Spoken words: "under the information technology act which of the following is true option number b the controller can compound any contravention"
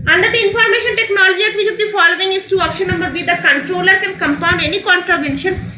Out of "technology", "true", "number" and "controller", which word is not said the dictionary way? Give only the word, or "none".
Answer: true